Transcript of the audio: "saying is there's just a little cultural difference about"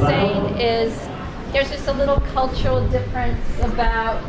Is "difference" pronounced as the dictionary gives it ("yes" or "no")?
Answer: yes